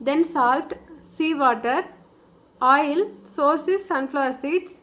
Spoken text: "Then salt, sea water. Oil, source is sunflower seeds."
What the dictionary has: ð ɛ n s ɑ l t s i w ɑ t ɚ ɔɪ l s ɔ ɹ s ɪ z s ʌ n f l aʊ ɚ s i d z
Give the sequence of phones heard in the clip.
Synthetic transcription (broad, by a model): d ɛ n s ɑ l t s i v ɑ t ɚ ɔɪ l s ɔ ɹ s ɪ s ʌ n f l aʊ s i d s